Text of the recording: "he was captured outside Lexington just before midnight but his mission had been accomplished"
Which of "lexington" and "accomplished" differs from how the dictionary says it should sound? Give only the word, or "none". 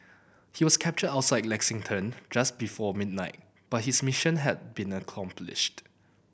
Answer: none